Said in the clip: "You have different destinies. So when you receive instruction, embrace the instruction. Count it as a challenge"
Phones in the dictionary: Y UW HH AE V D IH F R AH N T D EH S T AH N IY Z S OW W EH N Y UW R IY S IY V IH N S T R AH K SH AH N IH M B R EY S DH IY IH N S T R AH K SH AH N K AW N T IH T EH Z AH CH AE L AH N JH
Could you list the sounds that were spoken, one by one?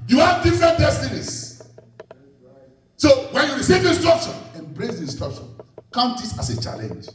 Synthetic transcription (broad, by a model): Y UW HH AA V D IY F R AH N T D EH S T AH N IY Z S OW W EH N Y UW R IY S IY V IH N S T R AH K SH AH N IH M B R EY S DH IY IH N S T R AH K SH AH N K AW N T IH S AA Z AH CH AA L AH N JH